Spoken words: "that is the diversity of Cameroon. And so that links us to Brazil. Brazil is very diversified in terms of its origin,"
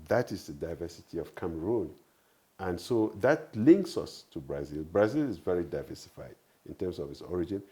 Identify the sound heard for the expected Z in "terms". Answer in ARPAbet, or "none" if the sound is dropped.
S